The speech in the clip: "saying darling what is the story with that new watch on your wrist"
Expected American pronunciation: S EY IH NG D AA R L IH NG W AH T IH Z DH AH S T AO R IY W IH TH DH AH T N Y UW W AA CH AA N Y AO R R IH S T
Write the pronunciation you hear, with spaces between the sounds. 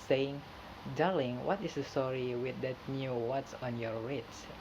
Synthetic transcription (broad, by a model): S EY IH NG D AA L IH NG W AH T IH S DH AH S T AO R IY W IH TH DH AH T N Y UW W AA S AA N Y AO R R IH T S